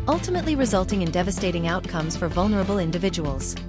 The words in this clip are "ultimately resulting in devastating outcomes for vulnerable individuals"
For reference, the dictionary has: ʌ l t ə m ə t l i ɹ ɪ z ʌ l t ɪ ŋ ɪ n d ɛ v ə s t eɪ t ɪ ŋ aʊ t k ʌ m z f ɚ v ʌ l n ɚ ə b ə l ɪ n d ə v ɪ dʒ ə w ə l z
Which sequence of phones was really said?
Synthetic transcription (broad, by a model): ʌ l t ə m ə t l i ɹ ɪ z ʌ l t ɪ ŋ ɪ n d ɛ v ə s t eɪ t ɪ ŋ aʊ t k ʌ m z f ɚ v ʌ l n ɚ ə b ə l ɪ n d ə v ɪ dʒ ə w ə l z